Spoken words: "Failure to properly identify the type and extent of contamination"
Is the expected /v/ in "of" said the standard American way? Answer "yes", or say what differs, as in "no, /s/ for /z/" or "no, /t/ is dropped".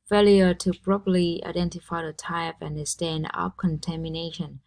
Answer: no, /p/ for /v/